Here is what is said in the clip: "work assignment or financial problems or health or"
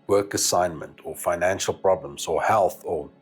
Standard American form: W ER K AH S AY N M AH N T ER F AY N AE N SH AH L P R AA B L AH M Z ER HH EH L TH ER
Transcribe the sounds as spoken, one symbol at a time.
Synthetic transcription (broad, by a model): W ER K AH S AY N M AH N T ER F AY N AE N SH AH L P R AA B L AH M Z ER HH EH L TH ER